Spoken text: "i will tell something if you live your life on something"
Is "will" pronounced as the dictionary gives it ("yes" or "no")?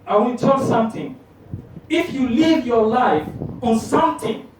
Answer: no